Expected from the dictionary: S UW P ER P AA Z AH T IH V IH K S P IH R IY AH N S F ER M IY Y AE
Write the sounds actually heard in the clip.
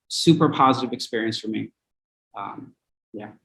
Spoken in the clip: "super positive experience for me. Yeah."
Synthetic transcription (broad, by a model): S UW P ER P AA Z AH T IH V IH K S P IH R IY AH N S F ER M IY Y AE